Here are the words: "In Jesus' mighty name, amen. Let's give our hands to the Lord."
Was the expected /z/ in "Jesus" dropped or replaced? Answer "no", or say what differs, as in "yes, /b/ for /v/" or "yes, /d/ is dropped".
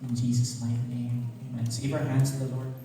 no